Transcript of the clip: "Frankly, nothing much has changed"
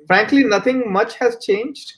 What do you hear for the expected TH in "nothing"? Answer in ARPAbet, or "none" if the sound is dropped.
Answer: T